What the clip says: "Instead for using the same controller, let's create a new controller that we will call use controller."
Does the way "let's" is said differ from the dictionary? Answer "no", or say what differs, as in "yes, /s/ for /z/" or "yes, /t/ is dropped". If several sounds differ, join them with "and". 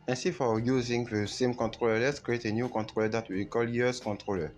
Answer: no